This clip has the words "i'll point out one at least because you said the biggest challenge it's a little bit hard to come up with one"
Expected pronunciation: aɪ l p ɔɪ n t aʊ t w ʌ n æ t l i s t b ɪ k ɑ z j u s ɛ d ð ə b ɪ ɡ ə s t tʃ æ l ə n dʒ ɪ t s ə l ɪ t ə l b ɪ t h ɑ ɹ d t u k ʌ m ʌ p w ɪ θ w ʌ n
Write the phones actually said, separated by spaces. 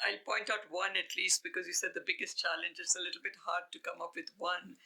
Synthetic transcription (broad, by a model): aɪ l p ɔɪ n t aʊ t w ʌ n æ t l i s t b ɪ k ɑ z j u s ɛ d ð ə b ɪ ɡ ə s t tʃ æ l ə n dʒ ɪ t s ə l ɪ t l b ɪ t h ɑ ɹ d t u k ʌ m ʌ p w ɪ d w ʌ n